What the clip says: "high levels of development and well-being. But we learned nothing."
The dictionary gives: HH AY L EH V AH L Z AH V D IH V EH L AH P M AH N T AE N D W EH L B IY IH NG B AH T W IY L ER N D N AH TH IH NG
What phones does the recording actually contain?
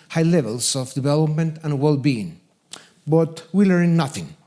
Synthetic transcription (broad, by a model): HH AY L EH V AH L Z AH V D IH V EH L AH P M AH N T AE N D W EH L B IY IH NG B AH T W IY L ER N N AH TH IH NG